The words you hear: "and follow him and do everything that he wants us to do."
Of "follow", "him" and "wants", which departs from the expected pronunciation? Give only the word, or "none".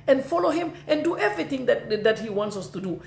none